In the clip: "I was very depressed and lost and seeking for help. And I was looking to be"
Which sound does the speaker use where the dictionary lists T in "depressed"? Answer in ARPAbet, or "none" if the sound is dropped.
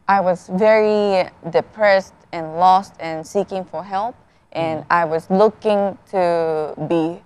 T